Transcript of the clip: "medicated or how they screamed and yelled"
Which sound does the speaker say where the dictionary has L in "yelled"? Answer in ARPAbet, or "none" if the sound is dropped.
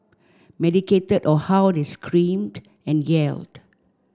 L